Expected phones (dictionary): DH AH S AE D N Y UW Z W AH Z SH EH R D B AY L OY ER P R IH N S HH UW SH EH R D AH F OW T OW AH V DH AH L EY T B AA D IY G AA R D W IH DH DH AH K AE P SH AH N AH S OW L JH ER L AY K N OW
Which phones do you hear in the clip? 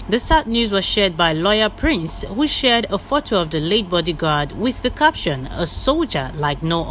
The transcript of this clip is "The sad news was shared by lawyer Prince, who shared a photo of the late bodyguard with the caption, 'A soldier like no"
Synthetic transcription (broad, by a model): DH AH S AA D N Y UW Z W AH Z SH EH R D B AY L OY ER P R IH N S HH UW SH EH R D AH F OW T OW AH V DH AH L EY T B AA D IY G AA R D W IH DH DH AH K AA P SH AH N AH S OW L JH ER L AY K N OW